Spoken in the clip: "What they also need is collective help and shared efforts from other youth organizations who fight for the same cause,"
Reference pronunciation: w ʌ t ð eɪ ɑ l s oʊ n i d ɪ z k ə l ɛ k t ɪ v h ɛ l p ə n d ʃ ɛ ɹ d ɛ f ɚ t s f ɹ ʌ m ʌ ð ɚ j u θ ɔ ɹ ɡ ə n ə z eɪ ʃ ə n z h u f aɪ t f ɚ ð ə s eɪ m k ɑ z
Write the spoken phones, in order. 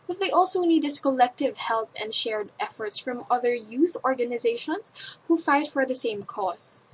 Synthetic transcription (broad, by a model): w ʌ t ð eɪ ɑ l s oʊ n i d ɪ s k ə l ɛ k t ɪ v h ɛ l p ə n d ʃ ɛ ɹ d ɛ f ɚ t s f ɹ ʌ m ʌ ð ɚ j u θ ɔ ɹ ɡ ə n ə z eɪ ʃ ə n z h u f aɪ t f ɚ ð ə s eɪ m k ɑ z